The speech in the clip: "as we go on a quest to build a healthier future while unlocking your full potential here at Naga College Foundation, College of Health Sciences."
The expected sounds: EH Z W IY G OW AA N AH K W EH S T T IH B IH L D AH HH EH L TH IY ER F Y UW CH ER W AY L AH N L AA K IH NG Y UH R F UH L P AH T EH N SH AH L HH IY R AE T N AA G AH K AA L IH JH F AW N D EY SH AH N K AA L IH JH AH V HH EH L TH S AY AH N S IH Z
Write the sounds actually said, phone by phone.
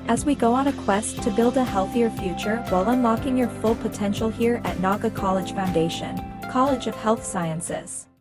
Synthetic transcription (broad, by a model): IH Z W IY G OW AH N AH K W EH S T T IH B IH L D AH HH EH L TH IY ER F Y UW CH ER W AY L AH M L AA K IH NG Y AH R F UH L P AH T EH N SH L HH IY R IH T N AA G AH K AA L IH JH F AW N D EY SH AH N K AA L IH JH AH V HH EH L TH S AY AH N S IH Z